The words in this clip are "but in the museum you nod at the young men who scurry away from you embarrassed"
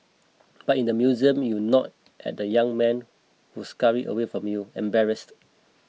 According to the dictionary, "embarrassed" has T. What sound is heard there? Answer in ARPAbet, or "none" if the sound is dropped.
T